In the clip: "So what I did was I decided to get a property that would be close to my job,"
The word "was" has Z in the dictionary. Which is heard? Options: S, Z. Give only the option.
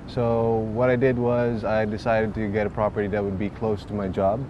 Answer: Z